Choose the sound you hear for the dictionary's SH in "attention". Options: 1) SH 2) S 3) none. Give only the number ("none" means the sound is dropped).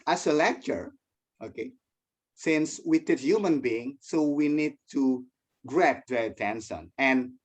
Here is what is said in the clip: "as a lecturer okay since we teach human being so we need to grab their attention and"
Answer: 2